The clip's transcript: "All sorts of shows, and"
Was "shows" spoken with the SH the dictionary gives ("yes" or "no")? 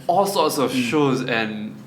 yes